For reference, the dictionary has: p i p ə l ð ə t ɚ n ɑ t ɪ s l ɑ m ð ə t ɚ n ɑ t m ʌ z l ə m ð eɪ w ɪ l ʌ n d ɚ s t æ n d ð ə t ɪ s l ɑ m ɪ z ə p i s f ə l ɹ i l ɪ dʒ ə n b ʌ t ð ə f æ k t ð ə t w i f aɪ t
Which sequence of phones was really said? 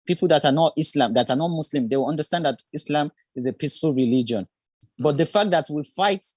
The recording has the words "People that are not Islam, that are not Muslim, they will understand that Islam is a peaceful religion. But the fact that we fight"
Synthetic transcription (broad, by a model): p i p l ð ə t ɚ n ɑ t ɪ s l ɑ m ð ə t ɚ n ɑ t m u s l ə m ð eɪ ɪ w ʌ n d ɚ s t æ n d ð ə t ɪ s l ɑ m ɪ z ə p i s f ə l ɹ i l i dʒ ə n b ʌ t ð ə f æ k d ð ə t w i f aɪ t